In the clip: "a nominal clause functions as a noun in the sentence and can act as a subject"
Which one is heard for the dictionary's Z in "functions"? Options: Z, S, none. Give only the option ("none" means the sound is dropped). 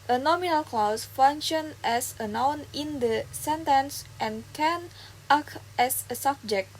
none